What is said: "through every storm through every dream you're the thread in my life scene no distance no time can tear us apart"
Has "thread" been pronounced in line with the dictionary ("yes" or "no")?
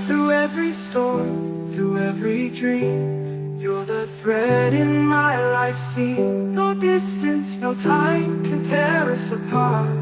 yes